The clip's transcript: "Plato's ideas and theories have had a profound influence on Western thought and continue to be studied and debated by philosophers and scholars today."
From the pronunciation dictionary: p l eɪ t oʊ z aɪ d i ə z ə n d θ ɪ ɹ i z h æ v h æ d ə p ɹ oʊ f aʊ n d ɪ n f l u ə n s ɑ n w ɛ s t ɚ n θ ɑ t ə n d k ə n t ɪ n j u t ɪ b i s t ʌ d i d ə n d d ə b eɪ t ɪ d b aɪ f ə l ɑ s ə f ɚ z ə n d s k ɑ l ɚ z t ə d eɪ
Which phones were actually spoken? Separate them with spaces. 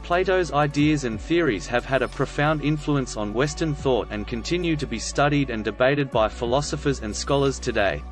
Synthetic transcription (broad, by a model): p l eɪ t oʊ z aɪ d i ə z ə n θ ɪ ɹ i z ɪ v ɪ d ə p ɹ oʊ f aʊ n d ɪ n f l u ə n s n w ɛ s t ɚ n θ ɑ t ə n k ə n t ɪ n j u t ɪ b i s t ʌ d i d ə n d d ə b eɪ t ɪ d b aɪ f ə l ɑ s ə f ɚ z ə n s k ɑ l ɚ z t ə d eɪ